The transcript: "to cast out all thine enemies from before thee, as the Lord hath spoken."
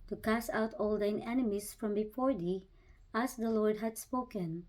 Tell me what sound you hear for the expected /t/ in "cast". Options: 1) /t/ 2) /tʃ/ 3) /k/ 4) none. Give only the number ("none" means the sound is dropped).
4